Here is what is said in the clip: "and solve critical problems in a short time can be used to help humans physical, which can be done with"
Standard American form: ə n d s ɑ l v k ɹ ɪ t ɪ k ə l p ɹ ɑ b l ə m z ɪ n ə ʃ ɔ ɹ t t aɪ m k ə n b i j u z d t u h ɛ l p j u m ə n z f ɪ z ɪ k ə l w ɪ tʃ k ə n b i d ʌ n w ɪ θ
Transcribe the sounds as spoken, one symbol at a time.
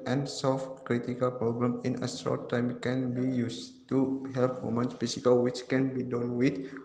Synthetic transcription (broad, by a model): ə n s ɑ l f k ɹ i t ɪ k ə l p ɹ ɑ b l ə m ɪ n ə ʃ ɔ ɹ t t aɪ m k ə n b i j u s t u h ɛ l p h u m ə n s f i s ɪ k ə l w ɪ tʃ k ə n b i d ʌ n w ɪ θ